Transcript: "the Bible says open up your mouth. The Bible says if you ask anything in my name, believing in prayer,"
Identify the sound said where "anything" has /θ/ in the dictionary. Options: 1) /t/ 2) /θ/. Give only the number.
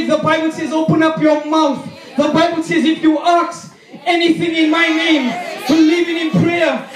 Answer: 2